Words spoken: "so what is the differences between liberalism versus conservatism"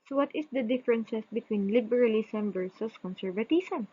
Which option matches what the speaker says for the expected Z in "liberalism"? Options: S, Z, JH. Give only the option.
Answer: S